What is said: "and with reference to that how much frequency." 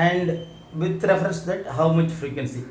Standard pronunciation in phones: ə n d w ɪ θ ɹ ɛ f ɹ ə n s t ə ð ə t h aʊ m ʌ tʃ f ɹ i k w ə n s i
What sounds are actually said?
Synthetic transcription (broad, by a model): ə n d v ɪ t ɹ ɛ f ɹ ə s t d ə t h aʊ m ʌ tʃ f ɹ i k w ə n s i